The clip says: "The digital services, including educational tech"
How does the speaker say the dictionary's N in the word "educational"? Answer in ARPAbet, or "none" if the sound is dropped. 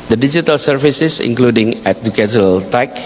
none